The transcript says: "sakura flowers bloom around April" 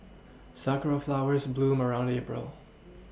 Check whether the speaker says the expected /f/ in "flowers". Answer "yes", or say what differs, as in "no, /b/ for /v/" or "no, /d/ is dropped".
yes